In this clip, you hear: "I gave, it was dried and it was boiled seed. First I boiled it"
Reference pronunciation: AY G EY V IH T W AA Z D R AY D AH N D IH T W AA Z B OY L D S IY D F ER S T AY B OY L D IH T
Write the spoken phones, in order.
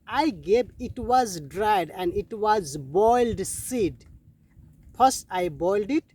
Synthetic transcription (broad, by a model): AY G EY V IH T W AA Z D R AY D AH N D IH T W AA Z B OY L D S IY D P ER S AY B OY L D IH T